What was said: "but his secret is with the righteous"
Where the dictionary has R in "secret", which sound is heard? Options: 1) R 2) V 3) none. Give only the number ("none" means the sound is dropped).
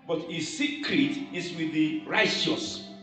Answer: 1